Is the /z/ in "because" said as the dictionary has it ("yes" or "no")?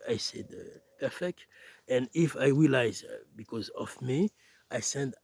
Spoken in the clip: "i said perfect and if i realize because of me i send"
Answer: yes